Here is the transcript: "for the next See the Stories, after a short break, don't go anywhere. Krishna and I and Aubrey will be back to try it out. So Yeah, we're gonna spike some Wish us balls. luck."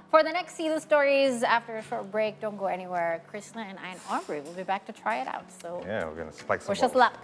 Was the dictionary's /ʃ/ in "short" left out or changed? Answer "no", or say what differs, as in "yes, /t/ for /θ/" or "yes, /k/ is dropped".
no